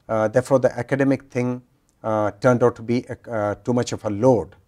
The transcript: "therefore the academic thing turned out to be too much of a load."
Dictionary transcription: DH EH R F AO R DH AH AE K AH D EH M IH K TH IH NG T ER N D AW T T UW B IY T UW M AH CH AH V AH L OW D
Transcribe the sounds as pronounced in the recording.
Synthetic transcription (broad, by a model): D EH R F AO R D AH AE K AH D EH M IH K T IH NG T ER N D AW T T UW B IY T UW M AH CH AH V AH L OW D